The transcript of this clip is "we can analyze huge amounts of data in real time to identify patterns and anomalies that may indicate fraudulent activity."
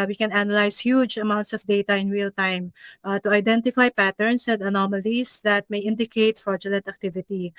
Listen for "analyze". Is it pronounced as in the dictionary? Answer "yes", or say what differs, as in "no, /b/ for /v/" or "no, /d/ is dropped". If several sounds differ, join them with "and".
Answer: no, /s/ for /z/